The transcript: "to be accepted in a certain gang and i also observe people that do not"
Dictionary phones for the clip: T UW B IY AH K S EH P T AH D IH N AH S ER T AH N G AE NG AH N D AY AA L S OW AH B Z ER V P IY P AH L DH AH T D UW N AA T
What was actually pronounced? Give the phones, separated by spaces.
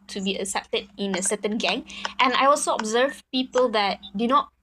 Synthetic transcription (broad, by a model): T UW B IY AH K S EH P T AH D IH N AH S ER T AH N G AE NG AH N AY AA L S OW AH B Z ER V P IY P AH L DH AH T D UW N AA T